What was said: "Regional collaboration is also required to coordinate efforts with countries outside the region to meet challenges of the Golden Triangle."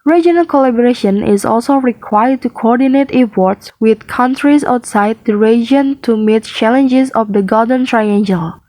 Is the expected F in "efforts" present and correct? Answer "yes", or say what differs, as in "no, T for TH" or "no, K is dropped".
no, P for F